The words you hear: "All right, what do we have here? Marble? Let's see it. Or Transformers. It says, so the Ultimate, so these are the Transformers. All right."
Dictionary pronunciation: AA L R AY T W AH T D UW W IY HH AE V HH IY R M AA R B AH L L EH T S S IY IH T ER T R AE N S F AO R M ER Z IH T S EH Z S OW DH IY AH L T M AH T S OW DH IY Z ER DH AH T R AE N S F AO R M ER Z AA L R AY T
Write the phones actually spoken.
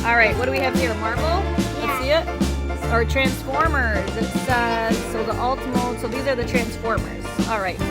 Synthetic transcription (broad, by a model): AA L R AY T W AH T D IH W IY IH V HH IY R M AA R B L L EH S S IY IH T ER T R AE N S F AO R M ER Z IH T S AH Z S OW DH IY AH L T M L S OW DH IY Z ER DH AH T R AE N S F AO R M ER Z AA L R AY T